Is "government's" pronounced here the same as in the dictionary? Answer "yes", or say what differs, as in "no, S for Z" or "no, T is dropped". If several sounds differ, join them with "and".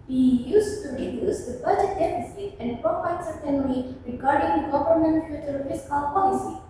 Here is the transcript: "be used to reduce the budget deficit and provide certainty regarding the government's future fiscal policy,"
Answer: no, S is dropped